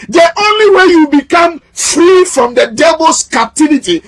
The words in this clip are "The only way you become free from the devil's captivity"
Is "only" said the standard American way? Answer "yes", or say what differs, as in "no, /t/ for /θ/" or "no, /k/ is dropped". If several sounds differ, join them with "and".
yes